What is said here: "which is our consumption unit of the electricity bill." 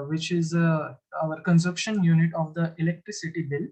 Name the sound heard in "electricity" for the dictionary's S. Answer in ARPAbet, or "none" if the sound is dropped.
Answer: S